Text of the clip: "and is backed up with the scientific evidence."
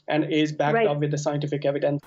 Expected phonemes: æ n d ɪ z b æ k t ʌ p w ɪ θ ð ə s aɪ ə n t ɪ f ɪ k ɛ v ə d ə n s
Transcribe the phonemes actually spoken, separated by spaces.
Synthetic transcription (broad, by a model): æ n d ɪ z b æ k ʌ p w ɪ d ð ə s aɪ ə n t ɪ f ɪ k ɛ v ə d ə n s